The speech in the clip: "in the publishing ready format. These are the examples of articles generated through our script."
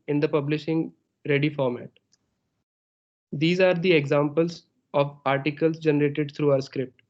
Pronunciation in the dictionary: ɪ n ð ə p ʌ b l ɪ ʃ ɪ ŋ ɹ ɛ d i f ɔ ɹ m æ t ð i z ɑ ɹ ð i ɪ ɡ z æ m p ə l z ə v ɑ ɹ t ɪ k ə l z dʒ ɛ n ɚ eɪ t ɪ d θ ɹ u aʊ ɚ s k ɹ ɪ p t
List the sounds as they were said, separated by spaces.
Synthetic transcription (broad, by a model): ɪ n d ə p ʌ b l ɪ ʃ ɪ ŋ ɹ ɛ d i f ɔ ɹ m æ t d i z ɑ ɹ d i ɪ ɡ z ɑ m p ə l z ə v ɑ ɹ t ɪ k ə l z dʒ ɛ n ɚ eɪ t ɪ d t ɹ u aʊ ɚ s k ɹ ɪ p t